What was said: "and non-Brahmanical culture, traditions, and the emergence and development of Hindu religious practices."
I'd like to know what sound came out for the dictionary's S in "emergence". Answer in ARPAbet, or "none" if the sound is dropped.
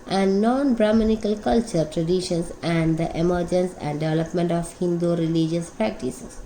S